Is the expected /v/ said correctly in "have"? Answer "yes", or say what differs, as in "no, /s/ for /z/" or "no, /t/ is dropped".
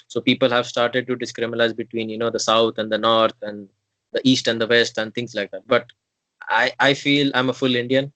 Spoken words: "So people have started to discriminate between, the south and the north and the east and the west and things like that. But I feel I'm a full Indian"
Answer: yes